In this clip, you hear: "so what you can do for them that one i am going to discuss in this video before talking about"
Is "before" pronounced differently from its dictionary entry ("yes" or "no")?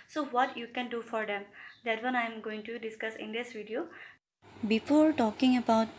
no